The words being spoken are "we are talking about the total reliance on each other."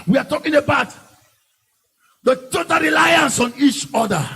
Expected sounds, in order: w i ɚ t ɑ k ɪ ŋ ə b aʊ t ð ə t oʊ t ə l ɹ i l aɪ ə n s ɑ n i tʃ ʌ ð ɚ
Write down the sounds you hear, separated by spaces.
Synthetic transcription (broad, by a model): w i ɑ t ɑ k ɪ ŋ ə b aʊ t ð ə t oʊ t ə n ɹ i l aɪ ə n s ɑ n i tʃ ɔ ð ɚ